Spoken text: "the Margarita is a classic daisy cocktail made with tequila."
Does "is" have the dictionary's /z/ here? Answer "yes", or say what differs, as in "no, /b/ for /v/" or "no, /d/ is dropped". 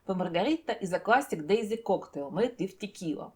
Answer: yes